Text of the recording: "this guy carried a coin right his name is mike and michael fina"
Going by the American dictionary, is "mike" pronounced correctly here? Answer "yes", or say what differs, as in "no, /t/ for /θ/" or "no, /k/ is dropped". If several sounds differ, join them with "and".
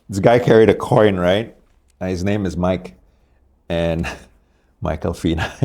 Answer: yes